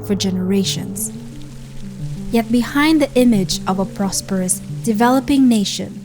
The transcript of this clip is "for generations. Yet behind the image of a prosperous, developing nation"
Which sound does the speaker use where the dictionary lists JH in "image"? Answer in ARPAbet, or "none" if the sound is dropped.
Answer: JH